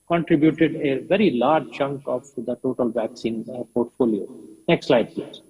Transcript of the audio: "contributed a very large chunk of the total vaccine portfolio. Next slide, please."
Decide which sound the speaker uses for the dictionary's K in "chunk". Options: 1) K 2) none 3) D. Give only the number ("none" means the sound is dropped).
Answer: 1